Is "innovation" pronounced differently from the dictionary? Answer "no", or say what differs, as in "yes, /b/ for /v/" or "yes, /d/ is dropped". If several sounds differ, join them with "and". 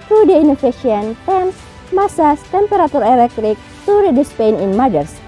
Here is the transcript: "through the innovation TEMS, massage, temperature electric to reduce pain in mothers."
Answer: yes, /f/ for /v/